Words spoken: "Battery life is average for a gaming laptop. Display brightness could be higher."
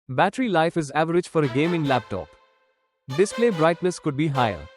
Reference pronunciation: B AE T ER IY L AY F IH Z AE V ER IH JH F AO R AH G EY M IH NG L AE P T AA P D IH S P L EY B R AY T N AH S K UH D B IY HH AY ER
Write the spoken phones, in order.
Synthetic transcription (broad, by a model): B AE T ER IY L AY F IH Z AE V ER IH JH F AO R AH G EY M IH NG L AE P T AA P D IH S P L EY B R AY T L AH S K UH D B IY HH AY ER